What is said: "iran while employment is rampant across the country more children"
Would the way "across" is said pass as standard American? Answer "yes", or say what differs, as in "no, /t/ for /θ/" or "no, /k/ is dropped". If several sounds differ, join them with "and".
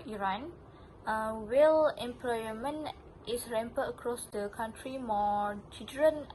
yes